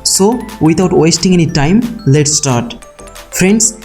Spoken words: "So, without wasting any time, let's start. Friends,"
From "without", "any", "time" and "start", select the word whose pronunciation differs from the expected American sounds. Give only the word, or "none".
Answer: without